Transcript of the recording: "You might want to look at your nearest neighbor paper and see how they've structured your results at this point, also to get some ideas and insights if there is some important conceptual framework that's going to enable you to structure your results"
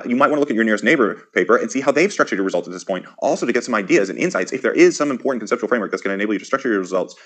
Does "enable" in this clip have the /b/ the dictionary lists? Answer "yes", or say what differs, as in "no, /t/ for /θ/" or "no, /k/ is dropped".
no, /b/ is dropped